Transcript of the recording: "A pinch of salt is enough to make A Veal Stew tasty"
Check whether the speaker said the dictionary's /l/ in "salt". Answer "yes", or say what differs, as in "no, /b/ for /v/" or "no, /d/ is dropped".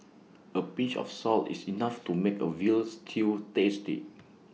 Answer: yes